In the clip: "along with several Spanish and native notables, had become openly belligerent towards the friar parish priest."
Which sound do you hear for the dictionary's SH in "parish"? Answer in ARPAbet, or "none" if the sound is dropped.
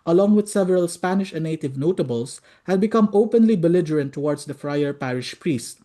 SH